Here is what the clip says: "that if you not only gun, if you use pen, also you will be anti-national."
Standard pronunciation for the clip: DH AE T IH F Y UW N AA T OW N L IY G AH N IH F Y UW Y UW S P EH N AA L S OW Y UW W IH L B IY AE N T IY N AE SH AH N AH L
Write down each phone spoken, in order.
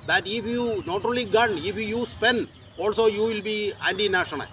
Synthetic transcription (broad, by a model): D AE T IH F Y UW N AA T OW L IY G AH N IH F Y UW Y UW S P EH N AA L S OW Y UW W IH L B IY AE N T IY N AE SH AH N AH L